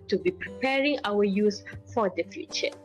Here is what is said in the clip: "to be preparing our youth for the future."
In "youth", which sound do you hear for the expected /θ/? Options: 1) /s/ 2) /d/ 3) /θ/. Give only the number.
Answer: 1